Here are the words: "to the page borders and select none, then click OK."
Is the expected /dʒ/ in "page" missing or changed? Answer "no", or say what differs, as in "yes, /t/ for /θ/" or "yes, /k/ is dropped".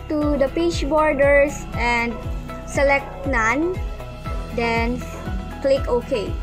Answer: yes, /tʃ/ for /dʒ/